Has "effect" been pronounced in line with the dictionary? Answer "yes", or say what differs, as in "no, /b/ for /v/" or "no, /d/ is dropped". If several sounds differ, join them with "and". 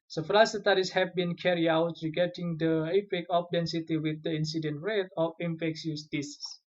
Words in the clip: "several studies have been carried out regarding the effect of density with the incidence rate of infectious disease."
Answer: no, /t/ is dropped